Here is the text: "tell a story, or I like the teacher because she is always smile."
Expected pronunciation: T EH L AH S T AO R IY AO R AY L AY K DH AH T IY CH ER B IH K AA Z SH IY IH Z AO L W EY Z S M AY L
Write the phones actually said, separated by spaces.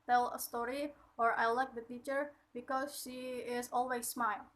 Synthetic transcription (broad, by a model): T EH L AH S T AO R IY AO R AY L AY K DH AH T IY CH ER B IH K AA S SH IY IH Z AO L W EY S M AY L